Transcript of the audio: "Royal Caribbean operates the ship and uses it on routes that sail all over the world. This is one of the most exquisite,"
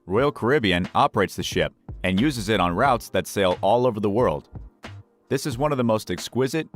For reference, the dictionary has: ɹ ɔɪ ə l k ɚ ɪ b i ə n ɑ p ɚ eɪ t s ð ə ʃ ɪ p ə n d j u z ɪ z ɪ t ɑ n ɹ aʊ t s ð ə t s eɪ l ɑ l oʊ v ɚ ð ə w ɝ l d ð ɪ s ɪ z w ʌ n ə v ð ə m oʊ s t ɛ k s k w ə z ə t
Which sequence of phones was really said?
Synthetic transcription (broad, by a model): ɹ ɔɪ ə l k ɚ ɪ b i ə n ɑ p ɚ eɪ t s ð ə ʃ ɪ p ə n j u z ɪ z ɪ t n ɹ aʊ t s ð ə t s eɪ l ɑ l oʊ v ɚ ð ə w ɝ l d ð ɪ s ɪ z w ʌ n ə v ð ə m oʊ s t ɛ k s k w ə z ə t